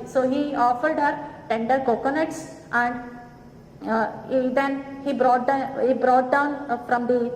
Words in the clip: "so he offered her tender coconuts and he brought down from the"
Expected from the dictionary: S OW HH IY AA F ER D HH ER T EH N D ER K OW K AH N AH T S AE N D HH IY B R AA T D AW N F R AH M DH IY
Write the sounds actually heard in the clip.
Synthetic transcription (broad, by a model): S OW HH IY AA F ER D HH ER T EH N D ER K OW K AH N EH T S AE N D HH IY B R AA T D AW N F R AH M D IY